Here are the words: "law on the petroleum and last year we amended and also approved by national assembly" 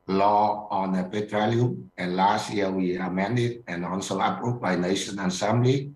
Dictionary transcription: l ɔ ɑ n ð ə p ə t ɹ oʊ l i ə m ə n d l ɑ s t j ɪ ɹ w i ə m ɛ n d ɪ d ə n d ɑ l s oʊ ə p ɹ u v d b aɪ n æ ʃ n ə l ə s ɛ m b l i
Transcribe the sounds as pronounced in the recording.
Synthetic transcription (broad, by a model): l ɔ ɑ n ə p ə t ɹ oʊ l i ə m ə n l ɑ s t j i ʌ w i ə m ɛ n d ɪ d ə n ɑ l s oʊ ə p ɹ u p b aɪ n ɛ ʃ ə n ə s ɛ m b l i